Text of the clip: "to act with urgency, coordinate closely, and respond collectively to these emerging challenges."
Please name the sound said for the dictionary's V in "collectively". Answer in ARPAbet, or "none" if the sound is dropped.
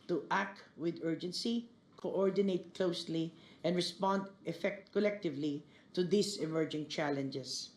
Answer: V